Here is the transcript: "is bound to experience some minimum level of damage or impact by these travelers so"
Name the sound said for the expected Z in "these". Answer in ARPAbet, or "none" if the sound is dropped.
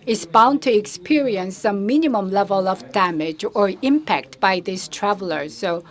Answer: S